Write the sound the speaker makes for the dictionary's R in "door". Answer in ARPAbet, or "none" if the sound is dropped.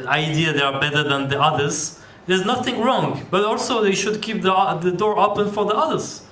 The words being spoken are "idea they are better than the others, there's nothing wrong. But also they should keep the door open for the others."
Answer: R